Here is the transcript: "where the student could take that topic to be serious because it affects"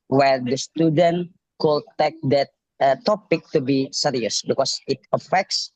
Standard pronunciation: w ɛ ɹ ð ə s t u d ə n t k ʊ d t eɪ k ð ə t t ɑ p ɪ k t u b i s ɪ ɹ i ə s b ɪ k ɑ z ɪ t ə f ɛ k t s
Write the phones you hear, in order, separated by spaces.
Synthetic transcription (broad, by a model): w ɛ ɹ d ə s t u d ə n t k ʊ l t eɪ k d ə t t ɑ p ɪ k t u b i s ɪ ɹ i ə s b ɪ k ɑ s ɪ t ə f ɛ k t s